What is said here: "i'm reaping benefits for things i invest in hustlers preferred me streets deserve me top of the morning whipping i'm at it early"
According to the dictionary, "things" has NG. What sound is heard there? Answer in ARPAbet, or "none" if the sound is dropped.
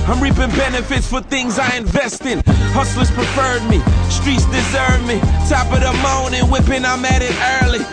NG